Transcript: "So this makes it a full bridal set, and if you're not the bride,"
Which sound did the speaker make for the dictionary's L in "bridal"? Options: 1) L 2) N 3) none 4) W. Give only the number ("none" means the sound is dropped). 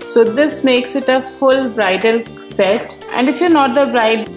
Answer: 1